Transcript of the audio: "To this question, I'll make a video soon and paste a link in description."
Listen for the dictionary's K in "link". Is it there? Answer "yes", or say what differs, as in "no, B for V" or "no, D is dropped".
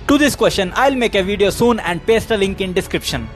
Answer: yes